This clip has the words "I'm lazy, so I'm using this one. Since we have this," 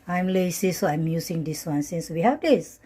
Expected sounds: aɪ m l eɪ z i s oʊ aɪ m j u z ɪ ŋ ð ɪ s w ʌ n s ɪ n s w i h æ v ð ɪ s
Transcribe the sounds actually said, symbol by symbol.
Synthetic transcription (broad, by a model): aɪ m l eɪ s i s oʊ aɪ m j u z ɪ ŋ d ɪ s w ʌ n s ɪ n s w i h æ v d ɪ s